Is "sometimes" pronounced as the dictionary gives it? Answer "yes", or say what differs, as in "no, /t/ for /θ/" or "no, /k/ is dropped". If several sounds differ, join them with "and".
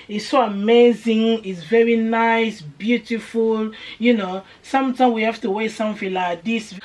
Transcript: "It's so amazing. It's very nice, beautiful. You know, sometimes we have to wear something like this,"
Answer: no, /z/ is dropped